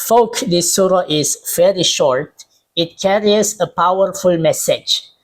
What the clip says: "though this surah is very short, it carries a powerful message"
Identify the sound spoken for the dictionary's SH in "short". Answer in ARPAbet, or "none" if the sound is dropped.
SH